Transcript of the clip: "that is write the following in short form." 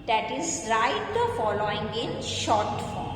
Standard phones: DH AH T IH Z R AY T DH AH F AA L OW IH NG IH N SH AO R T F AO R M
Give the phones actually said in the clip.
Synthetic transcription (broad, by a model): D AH T IH Z R AY T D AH F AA L OW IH NG IH N SH AO R T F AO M